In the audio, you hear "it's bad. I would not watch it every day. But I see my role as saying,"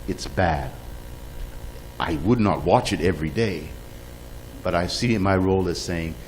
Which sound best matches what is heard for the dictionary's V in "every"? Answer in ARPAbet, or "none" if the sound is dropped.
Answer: V